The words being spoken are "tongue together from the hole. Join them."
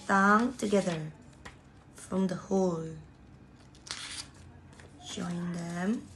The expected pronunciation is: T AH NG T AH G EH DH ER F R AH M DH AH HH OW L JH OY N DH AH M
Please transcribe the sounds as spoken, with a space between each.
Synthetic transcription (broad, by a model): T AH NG T AH G EH DH ER F R AH M DH AH HH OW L SH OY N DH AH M